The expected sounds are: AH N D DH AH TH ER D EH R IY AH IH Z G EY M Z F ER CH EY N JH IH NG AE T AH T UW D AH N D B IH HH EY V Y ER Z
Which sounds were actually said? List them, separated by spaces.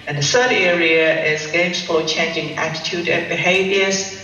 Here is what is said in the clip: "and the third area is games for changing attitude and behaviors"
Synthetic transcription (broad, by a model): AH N DH AH S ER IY EH R IY AH IH Z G EY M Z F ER CH EY N JH IH NG AE T AH T UW D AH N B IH HH EY V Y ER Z